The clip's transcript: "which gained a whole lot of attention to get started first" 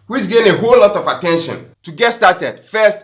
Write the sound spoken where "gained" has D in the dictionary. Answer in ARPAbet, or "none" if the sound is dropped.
none